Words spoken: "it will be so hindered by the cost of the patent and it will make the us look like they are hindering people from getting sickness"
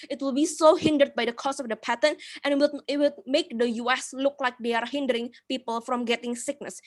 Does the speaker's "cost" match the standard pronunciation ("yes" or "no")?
no